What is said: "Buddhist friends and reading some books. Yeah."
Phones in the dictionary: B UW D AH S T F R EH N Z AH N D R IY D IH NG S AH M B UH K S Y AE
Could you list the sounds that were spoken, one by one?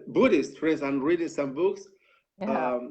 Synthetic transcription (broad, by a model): B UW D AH S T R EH Z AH N R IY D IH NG S AH M B UH K S